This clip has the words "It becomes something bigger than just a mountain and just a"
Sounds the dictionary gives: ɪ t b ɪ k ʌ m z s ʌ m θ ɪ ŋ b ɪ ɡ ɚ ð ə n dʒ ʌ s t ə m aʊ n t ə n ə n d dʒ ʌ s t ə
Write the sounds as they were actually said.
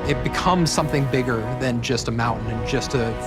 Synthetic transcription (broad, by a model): ɪ t b ɪ k ʌ m z s ʌ m θ ɪ ŋ b ɪ ɡ ɚ ð ə n dʒ ʌ s t ə m aʊ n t n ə n dʒ ʌ s t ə